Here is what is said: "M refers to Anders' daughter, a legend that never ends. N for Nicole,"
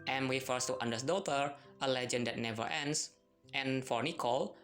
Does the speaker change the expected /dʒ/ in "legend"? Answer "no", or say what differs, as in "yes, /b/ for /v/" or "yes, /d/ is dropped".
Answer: no